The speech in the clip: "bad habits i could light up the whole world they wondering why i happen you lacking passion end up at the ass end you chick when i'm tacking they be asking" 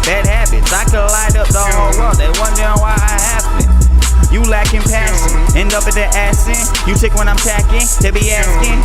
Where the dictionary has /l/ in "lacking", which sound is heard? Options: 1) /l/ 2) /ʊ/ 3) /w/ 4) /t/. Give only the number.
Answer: 1